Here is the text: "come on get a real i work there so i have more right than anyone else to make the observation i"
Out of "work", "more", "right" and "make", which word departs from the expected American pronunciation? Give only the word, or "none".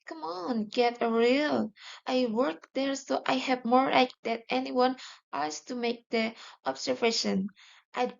right